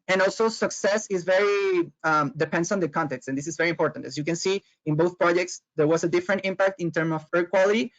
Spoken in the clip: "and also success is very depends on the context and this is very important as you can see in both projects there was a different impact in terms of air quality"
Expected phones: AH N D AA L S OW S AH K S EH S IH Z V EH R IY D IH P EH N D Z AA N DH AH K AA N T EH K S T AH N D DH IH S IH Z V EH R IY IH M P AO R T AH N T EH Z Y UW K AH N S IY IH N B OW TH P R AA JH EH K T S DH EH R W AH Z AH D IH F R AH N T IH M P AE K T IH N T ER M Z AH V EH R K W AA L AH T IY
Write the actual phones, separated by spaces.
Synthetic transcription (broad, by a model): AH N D AA L S OW S AH K S EH S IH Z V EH R IY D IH P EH N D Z AA N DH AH K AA N T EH K S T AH N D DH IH S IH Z V EH R IY IH M P AO R T AH N T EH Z Y UW K AH N S IY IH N B OW TH P R AA JH EH K T S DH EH R W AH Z AH D IH F R AH N T IH M P AE K T IH N T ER M AH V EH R K W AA L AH T IY